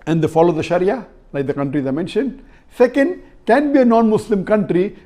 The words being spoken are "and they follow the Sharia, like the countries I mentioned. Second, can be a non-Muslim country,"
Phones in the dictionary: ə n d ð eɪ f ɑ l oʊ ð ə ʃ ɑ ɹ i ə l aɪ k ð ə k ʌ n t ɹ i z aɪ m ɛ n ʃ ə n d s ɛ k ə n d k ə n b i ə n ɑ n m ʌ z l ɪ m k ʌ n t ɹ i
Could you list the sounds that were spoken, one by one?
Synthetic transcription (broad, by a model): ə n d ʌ f ɑ l oʊ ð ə ʃ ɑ ɹ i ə l aɪ k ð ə k ʌ n t ɹ i z aɪ m ɛ n ʃ ə n d s ɛ k ə n d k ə n b i ə n ɑ n m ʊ s l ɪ m k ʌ n t ɹ i